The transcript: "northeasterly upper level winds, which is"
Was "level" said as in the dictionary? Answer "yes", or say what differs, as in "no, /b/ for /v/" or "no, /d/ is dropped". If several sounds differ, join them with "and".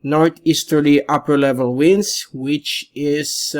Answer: yes